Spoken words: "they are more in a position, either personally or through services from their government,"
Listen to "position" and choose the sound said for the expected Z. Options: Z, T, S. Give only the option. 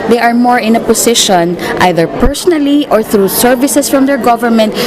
S